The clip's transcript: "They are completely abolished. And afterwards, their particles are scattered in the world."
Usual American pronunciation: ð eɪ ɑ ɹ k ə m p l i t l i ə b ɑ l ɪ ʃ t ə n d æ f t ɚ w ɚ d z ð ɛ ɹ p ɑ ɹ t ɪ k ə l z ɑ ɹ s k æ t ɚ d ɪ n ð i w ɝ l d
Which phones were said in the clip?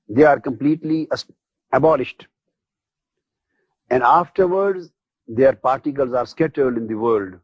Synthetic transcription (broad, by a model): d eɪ ɑ ɹ k ə m p l i t l i ə b ɑ l ɪ ʃ t ə n d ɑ f t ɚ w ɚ d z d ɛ ɹ p ɑ ɹ t ɪ k ə l z ɑ ɹ s k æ t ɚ d ɪ n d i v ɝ l d